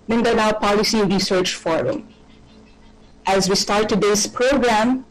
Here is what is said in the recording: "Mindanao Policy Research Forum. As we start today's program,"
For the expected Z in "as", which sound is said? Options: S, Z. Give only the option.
Z